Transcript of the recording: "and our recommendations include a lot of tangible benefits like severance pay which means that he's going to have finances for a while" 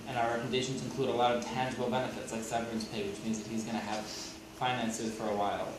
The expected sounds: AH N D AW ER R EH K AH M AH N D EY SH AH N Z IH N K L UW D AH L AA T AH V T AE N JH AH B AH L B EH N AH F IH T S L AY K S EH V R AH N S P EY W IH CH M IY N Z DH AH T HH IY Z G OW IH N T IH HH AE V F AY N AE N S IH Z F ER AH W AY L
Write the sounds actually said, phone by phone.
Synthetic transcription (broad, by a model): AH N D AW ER R K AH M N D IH SH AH N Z IH N K L UW D AH L AA T AH V T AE N JH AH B L B EH N AH F IH T S L AY K S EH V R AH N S P EY W IH CH M IY N Z DH AH T HH IY Z G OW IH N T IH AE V F AY N AE N S IH Z F ER AH W AY L